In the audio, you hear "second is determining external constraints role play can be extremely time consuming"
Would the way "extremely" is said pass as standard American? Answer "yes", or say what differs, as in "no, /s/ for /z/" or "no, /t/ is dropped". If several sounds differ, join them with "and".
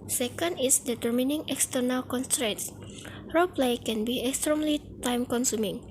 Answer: yes